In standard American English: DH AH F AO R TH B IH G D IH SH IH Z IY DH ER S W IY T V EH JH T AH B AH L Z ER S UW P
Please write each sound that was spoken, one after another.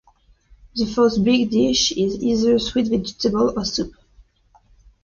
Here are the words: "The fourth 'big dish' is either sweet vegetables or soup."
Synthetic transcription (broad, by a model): DH AH F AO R T B IH G D IH SH IH Z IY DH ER S W IY T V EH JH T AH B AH L ER S UW P